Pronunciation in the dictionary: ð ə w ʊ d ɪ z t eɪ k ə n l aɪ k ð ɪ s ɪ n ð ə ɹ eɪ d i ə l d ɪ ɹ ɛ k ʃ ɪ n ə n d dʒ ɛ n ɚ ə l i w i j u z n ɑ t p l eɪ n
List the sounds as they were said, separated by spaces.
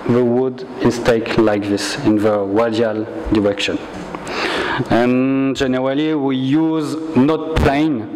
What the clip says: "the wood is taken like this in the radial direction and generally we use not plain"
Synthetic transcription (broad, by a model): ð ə w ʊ d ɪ s t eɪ ə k l aɪ k ð ɪ s ɪ n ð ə w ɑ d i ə l d ɪ ɹ ɛ k ʃ ɪ n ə n dʒ ɛ n ɚ ə l i w i j u z n ɑ t p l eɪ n